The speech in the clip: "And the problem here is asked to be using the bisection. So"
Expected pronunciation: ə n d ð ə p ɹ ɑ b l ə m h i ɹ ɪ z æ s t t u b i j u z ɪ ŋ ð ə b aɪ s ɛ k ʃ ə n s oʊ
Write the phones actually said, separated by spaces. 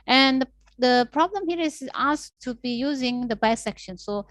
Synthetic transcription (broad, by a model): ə n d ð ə p ɹ ɑ b l ə m h i ɹ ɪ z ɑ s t t u b i j u z ɪ ŋ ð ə b aɪ s ɛ k ʃ ə n s oʊ